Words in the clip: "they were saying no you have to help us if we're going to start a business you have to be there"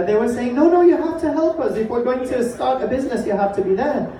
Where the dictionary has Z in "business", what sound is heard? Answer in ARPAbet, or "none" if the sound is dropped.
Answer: Z